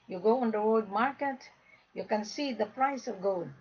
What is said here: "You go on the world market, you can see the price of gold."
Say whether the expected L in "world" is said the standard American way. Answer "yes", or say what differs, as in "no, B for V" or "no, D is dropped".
no, L is dropped